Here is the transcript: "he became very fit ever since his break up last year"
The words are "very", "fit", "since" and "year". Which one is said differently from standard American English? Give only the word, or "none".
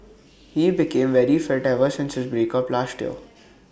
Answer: year